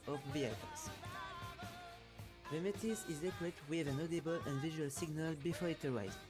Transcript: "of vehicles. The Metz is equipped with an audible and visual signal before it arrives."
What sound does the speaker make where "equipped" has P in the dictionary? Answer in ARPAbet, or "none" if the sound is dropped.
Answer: none